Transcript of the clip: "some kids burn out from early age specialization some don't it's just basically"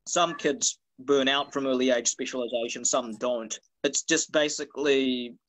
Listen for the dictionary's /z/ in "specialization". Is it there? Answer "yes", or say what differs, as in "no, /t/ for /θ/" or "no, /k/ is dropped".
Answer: yes